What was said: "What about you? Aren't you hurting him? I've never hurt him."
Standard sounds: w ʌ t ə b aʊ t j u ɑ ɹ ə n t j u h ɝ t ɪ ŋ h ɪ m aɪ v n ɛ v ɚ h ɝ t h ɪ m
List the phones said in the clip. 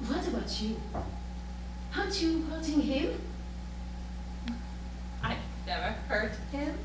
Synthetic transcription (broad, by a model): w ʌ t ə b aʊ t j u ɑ ə t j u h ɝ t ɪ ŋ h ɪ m aɪ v n ɛ v ɚ h ɝ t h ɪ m